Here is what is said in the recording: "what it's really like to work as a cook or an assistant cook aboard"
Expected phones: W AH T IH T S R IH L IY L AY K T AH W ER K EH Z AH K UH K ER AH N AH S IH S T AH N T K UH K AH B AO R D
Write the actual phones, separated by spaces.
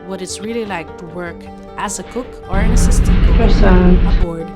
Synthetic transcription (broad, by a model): W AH T IH T S R IH L IY L AY K T AH W ER K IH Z AH K UH K ER AH N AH S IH S T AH T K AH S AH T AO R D